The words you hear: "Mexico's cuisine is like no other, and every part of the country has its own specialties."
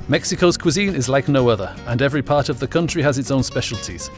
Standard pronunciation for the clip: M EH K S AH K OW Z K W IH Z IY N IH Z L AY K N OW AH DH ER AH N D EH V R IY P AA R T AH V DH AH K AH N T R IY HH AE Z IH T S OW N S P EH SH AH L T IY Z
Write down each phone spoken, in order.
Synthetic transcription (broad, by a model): M EH K S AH K OW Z K W IH Z IY N IH Z L AY K N OW AH DH ER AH N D EH V R IY P AA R T AH V DH AH K AH N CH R IY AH Z IH T S OW N S P EH SH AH L T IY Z